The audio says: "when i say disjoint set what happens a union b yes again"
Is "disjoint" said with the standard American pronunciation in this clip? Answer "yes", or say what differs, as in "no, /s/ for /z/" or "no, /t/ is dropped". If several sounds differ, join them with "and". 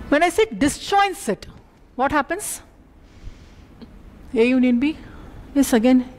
no, /tʃ/ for /dʒ/